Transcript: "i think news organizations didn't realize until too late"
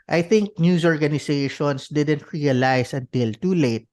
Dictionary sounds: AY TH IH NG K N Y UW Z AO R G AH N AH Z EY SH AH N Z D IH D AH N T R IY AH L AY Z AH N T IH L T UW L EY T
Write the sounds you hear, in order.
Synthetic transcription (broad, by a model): AY TH IH NG K N Y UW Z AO R G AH N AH S EY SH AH N S D IH D AH N T R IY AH L AY S AH N T IH L T UW L EY T